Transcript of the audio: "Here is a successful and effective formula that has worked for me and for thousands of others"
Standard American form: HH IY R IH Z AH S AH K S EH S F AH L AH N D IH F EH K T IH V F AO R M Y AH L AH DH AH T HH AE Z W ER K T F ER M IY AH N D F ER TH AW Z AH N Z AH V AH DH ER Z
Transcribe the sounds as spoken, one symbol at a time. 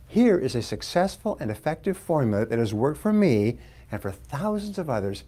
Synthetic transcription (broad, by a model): HH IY R IH Z AH S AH K S EH S F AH L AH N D IH F EH K T IH V F AO R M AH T DH AH T HH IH Z W ER K T F ER M IY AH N F ER TH AW Z AH N Z AH V AH DH ER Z